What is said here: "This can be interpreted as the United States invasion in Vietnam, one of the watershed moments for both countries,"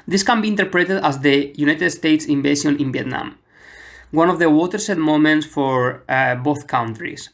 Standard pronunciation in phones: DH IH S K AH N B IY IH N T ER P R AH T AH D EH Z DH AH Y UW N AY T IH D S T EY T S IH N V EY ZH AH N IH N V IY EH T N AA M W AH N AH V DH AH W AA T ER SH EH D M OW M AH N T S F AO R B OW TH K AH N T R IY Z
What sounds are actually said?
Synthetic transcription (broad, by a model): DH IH S K AH N B IY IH N T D P R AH T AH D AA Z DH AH Y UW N AY T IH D S T EY T S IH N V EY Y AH N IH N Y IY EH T N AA M W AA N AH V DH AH W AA T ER S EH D M OW M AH N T S F AO R B OW TH K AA N T R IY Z